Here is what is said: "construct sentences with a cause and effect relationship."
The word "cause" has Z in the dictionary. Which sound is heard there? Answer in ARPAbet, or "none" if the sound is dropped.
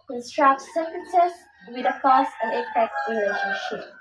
S